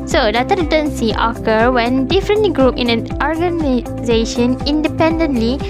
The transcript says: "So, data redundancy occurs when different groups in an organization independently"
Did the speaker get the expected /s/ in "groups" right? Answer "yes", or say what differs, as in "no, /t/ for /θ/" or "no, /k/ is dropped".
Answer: no, /s/ is dropped